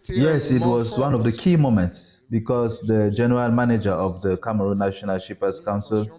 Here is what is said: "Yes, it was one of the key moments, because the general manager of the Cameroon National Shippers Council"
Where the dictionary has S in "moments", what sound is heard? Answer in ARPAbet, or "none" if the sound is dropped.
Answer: S